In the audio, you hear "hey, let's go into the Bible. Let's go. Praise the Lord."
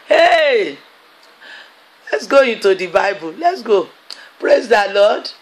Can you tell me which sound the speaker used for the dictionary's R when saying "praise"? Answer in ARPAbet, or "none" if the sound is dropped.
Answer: R